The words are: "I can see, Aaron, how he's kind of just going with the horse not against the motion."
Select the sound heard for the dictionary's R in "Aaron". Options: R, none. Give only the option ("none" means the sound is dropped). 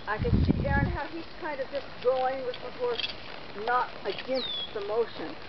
none